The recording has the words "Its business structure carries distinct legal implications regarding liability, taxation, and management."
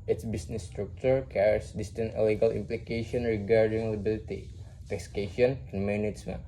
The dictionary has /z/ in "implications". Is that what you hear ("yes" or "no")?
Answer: no